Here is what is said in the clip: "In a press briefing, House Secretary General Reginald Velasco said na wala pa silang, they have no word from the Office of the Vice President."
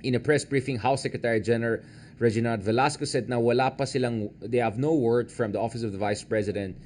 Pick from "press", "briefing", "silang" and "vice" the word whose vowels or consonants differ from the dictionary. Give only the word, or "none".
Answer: none